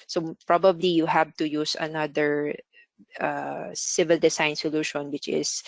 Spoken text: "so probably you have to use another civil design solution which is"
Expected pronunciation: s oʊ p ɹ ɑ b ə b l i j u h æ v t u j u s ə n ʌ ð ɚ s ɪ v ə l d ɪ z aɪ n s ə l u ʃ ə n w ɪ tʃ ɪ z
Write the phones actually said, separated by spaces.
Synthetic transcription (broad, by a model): s oʊ p ɹ ɑ b ə b l i j u h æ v t u j u s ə n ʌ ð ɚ s ɪ v ə l d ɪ s aɪ n s ə l u ʃ ə n w ɪ tʃ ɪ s